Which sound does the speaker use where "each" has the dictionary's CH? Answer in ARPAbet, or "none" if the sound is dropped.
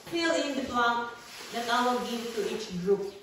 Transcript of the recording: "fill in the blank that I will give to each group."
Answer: CH